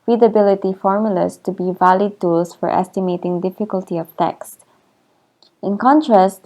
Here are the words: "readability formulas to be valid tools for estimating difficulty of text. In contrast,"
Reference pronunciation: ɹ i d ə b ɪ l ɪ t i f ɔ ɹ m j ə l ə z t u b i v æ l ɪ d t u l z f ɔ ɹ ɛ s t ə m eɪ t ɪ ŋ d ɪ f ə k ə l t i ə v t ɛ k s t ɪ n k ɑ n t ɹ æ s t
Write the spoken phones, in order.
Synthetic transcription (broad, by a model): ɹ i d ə b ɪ l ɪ t i f ɔ ɹ m j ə l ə s t u b i v æ l ɪ d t u l s f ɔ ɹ ɛ s t ə m eɪ t ɪ ŋ d ɪ f ə k ə l t i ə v t ɛ k s t ɪ n k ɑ n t ɹ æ s t